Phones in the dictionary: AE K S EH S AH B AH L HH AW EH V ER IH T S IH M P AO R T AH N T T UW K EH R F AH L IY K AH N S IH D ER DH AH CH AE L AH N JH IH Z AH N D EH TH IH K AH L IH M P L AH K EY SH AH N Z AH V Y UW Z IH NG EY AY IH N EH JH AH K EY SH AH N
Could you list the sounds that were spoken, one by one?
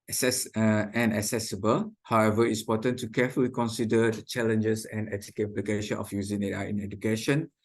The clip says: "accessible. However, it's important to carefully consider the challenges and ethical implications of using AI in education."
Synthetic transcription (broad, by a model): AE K S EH S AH B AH L HH AW EH V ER IH T S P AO T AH N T T UW K EH F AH L IY K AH N S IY D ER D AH CH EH L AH N JH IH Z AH N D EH T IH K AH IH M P L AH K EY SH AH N AH F Y UW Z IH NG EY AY IH N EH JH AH K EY SH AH N